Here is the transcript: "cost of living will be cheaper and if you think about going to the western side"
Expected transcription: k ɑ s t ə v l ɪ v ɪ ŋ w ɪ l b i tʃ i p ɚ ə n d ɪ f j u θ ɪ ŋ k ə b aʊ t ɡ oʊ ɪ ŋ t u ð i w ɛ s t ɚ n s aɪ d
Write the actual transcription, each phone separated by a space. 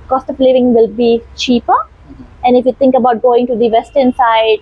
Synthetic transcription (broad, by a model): k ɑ s t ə p l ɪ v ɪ ŋ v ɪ l b i tʃ i p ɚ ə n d ɪ f j u t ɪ ŋ k ə b aʊ t ɡ oʊ ɪ ŋ t u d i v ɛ s t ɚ n s aɪ d